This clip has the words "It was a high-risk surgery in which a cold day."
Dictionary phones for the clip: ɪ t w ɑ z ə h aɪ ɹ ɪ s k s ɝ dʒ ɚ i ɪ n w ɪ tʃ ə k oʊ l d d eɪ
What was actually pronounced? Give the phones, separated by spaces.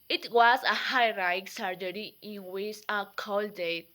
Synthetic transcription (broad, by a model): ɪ t w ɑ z ə h aɪ ɹ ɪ k s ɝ dʒ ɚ i ɪ n w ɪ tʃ ə k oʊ l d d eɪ